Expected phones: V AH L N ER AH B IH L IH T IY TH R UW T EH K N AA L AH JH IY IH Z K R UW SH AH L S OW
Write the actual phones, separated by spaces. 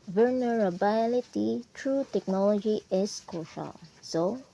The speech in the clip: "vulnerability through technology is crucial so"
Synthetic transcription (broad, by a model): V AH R N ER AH B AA L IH T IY T R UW T EH K N AA L AH JH IY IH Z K AO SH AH L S OW